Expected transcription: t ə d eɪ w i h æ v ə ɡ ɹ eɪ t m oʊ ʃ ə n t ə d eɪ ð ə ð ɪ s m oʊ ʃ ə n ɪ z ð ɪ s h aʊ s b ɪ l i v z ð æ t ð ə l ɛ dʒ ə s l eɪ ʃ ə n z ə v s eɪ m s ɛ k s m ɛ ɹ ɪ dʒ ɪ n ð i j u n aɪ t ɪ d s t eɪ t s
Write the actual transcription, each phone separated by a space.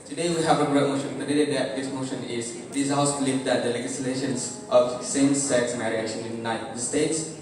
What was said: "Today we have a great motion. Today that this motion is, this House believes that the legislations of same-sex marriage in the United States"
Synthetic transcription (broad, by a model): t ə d eɪ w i h æ v ə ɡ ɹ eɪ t m oʊ ʃ ə n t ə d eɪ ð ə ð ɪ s m oʊ ʃ ə n ɪ z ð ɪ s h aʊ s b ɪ l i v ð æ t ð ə l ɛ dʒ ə s l eɪ ʃ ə n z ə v s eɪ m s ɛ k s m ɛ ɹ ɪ ʃ ɪ n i j u n aɪ t ɪ d s t eɪ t s